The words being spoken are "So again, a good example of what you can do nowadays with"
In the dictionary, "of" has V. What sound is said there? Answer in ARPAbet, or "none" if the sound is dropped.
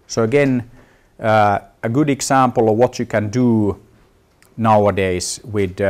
V